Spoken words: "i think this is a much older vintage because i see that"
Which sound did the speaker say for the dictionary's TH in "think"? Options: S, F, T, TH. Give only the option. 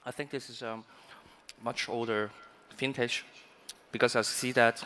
TH